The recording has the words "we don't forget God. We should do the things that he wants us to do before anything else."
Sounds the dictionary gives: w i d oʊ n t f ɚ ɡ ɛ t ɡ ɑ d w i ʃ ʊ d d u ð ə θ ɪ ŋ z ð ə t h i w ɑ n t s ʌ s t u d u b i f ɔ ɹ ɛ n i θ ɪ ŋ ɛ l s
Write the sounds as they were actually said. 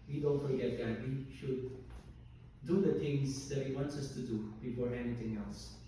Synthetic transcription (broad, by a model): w i d oʊ n t f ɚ ɡ ɛ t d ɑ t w i ʃ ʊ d d u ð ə t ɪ ŋ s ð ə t h i w ɑ n t s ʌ s t u d u b i f ɔ ɹ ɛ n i t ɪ ŋ ɛ l s